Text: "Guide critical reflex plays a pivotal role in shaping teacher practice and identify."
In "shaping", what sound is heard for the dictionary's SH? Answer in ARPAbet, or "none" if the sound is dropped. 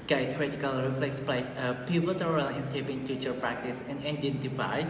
S